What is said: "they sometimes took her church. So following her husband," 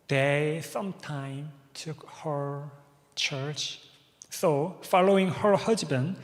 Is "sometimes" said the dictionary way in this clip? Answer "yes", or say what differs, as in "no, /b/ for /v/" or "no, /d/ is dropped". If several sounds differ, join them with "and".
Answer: no, /z/ is dropped